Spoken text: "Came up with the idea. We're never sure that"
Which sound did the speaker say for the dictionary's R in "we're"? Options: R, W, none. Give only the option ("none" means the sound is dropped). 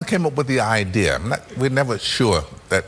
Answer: W